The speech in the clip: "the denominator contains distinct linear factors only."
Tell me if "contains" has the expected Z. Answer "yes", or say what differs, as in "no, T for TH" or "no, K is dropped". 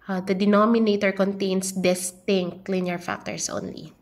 no, S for Z